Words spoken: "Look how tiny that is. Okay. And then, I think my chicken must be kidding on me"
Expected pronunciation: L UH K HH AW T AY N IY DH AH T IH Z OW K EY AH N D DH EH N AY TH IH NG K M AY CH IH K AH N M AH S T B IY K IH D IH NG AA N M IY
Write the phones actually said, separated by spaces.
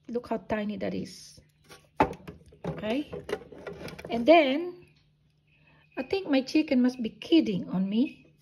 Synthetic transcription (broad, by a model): L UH K HH AW T AY N IY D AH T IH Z OW K EY AH N D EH N AY T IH NG K M AY CH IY K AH N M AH S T B IY K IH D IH NG AA N M IY